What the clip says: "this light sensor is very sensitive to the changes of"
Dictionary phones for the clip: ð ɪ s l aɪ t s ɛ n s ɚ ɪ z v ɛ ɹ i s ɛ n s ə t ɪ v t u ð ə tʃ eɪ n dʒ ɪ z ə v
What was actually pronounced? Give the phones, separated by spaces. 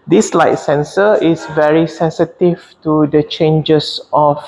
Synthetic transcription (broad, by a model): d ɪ s l aɪ t s ɛ n s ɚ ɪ s v ɛ ɹ i s ɛ n s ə t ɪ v t u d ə tʃ eɪ n dʒ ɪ s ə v